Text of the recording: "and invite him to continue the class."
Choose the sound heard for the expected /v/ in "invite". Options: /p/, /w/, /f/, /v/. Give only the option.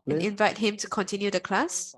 /v/